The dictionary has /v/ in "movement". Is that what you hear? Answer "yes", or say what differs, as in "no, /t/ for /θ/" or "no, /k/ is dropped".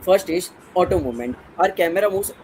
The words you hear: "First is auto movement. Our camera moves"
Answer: no, /v/ is dropped